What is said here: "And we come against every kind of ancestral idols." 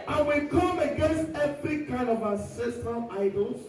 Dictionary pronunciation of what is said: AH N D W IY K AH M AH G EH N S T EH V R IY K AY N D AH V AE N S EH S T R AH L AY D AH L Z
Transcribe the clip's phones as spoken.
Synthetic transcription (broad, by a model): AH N W IY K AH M AH G EH N S T EH V R IY K AY N D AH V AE S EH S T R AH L AY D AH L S